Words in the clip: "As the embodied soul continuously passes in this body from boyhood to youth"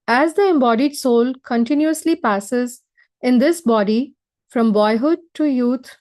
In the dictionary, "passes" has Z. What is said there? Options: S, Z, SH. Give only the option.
Z